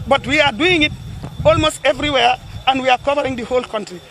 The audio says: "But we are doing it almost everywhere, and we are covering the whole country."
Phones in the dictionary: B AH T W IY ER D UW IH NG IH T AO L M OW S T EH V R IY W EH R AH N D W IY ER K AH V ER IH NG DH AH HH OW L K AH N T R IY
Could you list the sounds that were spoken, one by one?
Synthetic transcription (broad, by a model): B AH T W IY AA D UW IH NG IH T AO L M OW S T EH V R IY W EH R AH N D W IY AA K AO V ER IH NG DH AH HH OW L K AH N T R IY